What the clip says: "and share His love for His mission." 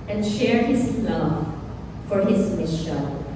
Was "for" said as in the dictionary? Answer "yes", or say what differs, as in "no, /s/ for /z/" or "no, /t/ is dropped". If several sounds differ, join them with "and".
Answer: yes